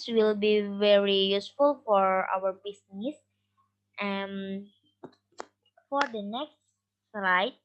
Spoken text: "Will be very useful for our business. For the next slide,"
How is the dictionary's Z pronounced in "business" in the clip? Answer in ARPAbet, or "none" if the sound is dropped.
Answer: S